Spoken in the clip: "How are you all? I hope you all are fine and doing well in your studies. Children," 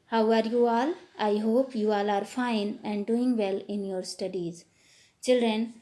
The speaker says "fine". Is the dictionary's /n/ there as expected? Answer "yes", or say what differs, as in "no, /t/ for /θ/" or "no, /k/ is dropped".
yes